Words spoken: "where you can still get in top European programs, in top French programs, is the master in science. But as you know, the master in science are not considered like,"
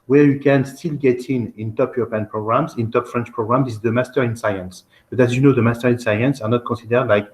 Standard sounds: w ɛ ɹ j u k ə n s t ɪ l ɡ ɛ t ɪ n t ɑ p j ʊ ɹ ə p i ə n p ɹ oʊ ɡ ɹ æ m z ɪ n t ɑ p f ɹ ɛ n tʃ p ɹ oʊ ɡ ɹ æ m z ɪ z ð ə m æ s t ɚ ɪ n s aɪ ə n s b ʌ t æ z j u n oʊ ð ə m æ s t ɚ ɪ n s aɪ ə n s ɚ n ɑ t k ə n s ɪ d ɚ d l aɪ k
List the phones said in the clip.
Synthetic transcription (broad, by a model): w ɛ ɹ j u k ə n s t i l ɡ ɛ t ɪ n t ɑ p j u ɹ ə p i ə n p ɹ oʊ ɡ ɹ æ m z ɪ n t ɑ p f ɹ ɛ n tʃ p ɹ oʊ ɡ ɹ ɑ m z ɪ z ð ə m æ s t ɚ ɪ n s aɪ ə n s b ʌ t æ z j u n oʊ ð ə m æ s t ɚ ɪ n s aɪ ə n s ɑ n ɑ t k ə s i d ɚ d l aɪ k